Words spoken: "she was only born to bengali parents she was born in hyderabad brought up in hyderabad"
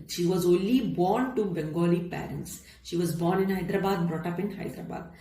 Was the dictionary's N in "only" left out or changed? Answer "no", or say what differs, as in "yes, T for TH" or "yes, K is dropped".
no